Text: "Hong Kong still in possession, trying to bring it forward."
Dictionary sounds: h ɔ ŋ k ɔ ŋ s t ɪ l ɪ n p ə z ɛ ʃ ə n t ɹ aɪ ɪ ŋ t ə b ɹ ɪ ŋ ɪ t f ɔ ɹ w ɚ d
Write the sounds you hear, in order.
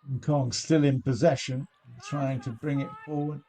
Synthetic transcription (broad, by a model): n k ɔ ŋ s t ɪ l ɪ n p ə z ɛ ʃ ə n t ɹ aɪ ɪ ŋ t ə b ɹ ɪ ŋ ɪ t f ɔ ɹ w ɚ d